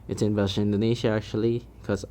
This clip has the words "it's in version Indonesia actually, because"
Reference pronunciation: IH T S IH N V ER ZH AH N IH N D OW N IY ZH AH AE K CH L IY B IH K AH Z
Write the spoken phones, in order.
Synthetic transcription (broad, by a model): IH T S IH N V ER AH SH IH N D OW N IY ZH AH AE K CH IY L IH K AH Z